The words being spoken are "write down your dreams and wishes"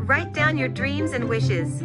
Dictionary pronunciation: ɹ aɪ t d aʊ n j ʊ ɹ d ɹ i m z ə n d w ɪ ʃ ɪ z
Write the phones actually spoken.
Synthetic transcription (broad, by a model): ɹ aɪ t d aʊ n j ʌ ɹ d ɹ i m z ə n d w ɪ ʃ ɪ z